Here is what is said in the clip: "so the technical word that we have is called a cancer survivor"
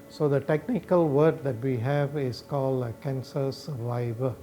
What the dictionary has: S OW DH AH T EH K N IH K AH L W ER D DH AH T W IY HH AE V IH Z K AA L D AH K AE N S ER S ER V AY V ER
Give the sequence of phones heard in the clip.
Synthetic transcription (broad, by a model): S OW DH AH T EH K N IH K AH L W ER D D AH T W IY HH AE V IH S K AA L D AH K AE N S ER S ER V AY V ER